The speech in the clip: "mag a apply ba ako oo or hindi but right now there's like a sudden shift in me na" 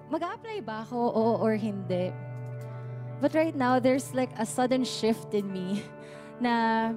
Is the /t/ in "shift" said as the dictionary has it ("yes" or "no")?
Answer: yes